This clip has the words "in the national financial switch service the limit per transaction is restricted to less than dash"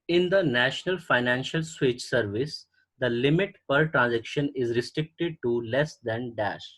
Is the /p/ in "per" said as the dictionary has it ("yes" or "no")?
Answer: yes